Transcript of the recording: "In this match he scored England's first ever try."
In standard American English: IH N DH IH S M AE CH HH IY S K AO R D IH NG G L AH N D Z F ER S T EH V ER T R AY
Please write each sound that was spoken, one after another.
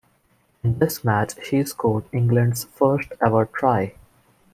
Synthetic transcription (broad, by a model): IH N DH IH S M AE CH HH IY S K AO L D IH NG G L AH N D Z F ER S T EH V ER T R AY